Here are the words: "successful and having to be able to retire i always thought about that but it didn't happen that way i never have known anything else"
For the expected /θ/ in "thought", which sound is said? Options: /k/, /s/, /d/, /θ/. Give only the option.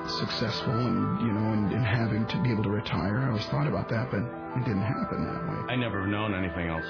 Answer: /θ/